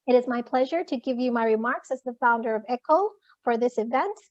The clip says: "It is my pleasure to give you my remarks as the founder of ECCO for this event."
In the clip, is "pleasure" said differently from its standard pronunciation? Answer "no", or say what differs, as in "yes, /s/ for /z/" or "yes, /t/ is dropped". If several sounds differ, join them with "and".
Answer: no